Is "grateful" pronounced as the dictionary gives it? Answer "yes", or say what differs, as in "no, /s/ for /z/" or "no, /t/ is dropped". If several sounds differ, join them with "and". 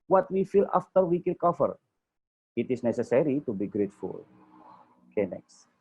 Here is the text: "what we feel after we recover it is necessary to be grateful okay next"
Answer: yes